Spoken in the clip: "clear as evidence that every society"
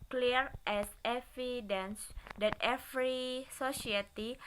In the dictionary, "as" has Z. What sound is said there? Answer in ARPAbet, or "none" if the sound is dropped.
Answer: S